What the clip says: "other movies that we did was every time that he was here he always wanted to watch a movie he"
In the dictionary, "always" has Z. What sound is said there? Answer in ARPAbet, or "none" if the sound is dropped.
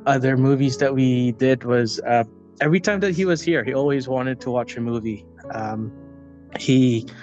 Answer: Z